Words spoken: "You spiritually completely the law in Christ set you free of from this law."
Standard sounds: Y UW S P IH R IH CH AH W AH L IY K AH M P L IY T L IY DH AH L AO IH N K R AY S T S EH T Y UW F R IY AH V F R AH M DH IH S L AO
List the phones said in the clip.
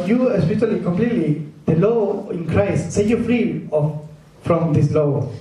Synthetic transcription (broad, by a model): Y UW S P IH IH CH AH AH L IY K AH M P L IY T L IY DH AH L AO IH N K R AY S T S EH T Y UW F R IY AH F F R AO M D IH S L AO